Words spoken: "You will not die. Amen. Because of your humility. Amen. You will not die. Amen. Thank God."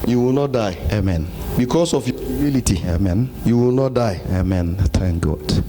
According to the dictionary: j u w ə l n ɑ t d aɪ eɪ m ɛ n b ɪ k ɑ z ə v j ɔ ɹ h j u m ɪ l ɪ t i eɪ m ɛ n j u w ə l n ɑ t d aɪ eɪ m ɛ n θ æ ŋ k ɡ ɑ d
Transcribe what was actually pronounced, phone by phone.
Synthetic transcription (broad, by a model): j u w ə l n ɑ t d aɪ eɪ m ɛ n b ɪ k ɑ s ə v j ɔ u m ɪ l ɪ t i eɪ m ɛ n j u w ə l n ɑ t d aɪ eɪ m ɛ n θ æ ŋ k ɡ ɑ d